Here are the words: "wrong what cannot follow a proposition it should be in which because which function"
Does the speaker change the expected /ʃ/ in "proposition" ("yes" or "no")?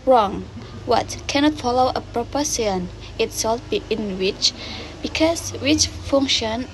yes